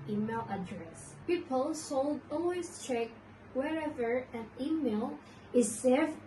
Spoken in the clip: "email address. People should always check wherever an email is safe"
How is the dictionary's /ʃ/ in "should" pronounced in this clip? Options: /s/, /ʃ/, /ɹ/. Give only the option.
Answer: /s/